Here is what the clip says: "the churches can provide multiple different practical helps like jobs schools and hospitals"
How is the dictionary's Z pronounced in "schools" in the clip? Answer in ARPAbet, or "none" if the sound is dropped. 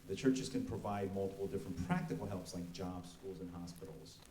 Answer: Z